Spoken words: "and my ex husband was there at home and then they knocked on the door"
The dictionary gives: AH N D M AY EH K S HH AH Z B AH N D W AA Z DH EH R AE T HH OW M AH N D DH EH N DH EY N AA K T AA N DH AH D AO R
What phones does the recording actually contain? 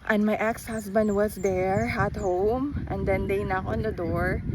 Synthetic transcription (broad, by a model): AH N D M AY EH K S HH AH S B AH N D W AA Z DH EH R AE T HH OW M AH N D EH N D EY N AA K AA N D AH D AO R